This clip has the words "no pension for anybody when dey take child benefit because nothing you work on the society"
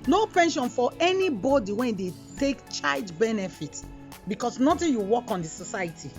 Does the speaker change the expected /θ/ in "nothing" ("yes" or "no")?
yes